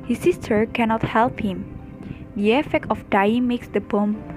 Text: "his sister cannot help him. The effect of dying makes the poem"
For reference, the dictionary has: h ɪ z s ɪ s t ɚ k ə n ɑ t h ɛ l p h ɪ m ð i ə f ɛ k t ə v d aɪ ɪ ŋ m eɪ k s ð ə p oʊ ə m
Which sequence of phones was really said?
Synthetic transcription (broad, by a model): h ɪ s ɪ s t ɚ k ə n ɑ t h ɛ l p h ɪ m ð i ə f ɛ k t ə f d aɪ ɪ ŋ m eɪ k s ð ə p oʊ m